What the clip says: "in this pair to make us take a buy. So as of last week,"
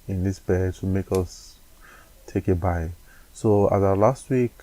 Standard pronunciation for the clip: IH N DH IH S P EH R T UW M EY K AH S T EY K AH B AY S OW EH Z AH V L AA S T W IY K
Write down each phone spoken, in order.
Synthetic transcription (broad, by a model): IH N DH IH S B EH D T UW M EY K AH S T EY K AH B AY S OW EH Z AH L AA S T W IY K